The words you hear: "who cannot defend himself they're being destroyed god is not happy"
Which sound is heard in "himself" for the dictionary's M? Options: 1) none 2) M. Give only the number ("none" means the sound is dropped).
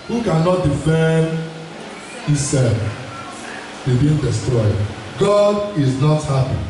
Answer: 1